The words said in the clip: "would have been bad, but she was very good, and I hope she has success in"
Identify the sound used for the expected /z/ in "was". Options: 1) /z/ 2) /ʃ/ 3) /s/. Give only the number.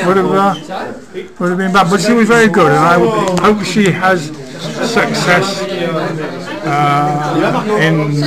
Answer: 1